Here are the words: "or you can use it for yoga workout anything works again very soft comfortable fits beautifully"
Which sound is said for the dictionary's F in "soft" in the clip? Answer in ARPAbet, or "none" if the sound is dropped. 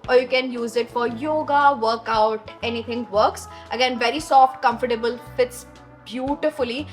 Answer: F